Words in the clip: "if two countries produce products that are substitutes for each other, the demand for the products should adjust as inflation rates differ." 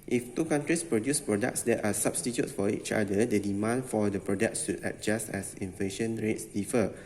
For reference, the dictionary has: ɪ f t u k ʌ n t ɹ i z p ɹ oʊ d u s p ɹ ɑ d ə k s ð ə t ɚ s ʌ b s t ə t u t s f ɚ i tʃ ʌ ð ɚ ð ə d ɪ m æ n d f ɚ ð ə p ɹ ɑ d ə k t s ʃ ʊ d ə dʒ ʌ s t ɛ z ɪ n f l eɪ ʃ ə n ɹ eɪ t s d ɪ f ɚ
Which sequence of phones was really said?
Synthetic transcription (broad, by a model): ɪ f t u k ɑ n t ɹ i s p ɹ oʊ d u s p ɹ ɑ d ə k s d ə t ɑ s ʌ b s t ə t u t f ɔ i tʃ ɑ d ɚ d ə d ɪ m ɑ n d f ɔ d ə p ɹ ɑ d ə k t s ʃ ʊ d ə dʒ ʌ s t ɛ s ɪ n f l eɪ ʃ ə n ɹ eɪ t s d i f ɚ